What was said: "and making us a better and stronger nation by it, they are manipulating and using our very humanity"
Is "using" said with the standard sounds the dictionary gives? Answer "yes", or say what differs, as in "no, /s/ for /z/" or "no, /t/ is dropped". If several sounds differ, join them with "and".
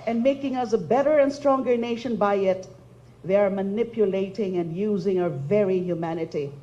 yes